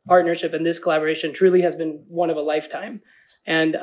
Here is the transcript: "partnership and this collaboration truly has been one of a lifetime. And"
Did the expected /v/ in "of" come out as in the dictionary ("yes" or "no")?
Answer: yes